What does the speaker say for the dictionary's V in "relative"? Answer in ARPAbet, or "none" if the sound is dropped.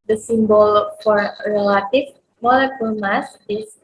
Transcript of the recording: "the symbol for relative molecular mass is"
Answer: F